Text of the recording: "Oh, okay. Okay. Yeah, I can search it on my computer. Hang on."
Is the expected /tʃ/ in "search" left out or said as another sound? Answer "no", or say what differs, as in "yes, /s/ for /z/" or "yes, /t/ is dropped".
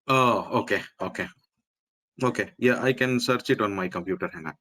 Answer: no